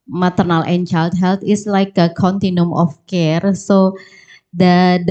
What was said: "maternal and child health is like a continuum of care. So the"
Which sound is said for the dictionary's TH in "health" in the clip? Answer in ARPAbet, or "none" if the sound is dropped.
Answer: T